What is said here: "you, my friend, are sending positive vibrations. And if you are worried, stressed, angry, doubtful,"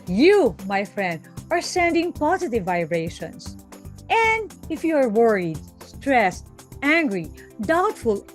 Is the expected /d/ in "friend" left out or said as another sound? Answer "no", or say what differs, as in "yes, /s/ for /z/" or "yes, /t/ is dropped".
no